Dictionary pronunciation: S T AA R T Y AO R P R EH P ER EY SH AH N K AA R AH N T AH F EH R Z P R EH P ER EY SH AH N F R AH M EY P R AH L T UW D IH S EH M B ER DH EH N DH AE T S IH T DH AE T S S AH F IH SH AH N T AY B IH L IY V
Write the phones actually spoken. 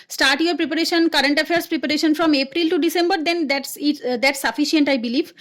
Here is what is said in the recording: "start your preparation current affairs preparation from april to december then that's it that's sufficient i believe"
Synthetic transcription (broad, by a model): S T AA R T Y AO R P R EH P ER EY SH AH N K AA R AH N T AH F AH R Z P R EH P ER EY SH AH N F R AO M EY P R AH L T UW D IH S EH M B ER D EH N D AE T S IH T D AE T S S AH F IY SH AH N T AY B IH L IY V